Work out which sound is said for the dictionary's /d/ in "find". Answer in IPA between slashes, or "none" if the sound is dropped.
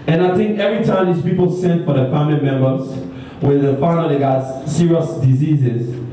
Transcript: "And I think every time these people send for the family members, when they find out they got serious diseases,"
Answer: none